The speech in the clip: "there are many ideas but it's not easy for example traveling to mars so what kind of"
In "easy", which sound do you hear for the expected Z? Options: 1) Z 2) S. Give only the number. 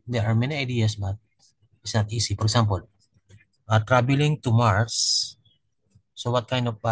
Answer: 2